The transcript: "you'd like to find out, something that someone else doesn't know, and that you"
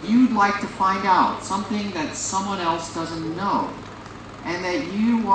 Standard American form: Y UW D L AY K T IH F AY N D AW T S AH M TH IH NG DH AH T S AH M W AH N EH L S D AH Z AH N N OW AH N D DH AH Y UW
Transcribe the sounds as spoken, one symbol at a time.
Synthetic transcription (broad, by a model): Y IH D L AY K T IH F AY N D AW T S AH M TH IH NG DH AH T S AH M W AH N EH L S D AH Z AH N N OW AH N DH AH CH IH